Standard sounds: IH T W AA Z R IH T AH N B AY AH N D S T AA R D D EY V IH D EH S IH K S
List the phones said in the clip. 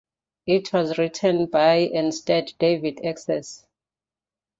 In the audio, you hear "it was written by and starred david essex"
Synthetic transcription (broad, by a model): IH T W AA Z R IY T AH N B AY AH N S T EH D D EY V IH D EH S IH S